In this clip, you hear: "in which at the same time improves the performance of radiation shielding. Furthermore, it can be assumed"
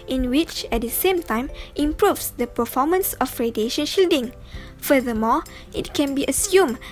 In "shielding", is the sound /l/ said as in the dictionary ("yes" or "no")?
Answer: yes